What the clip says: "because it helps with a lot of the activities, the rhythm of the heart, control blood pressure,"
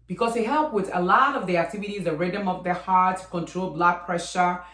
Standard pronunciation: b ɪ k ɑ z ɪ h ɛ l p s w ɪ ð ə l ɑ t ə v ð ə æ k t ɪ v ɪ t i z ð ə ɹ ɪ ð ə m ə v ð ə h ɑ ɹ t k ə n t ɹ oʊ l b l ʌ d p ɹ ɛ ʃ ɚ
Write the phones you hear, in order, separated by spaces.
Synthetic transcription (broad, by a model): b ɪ k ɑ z ɪ h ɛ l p w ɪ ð ə l ɑ t ə v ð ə æ k t ɪ v ɪ t i z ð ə ɹ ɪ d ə m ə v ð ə h ɑ ɹ t k ə n t ɹ oʊ l b l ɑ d p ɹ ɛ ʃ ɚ